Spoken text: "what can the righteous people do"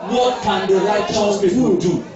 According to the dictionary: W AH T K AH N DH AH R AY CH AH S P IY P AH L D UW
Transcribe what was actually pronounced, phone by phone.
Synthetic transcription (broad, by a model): W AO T K AH N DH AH R AY CH AH S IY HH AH N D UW